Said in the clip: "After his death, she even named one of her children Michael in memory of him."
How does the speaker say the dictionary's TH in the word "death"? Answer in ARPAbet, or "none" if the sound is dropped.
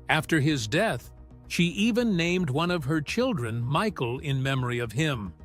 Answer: TH